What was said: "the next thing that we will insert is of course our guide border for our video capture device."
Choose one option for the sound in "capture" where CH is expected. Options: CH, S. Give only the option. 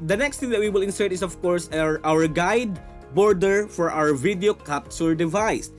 S